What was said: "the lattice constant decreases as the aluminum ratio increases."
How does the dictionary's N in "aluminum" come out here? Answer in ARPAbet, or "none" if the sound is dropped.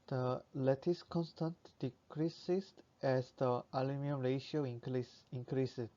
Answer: none